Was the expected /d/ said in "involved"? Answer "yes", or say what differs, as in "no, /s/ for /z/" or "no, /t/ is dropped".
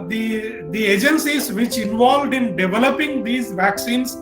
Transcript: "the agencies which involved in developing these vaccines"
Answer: yes